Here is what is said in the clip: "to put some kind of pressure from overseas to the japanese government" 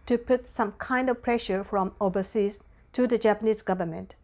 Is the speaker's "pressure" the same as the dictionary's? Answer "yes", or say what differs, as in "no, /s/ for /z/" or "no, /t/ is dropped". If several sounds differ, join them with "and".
yes